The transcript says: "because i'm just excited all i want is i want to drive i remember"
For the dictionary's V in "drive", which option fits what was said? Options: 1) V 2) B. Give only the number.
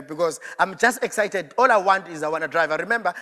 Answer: 1